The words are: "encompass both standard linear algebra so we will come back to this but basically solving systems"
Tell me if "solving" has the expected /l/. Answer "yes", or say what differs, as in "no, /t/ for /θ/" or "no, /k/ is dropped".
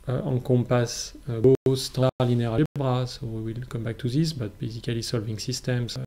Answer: yes